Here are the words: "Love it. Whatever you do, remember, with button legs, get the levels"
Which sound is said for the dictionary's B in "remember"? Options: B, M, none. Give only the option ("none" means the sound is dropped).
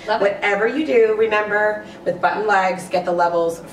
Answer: B